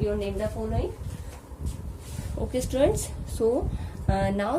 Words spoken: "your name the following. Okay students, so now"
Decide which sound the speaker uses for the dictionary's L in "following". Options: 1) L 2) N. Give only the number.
2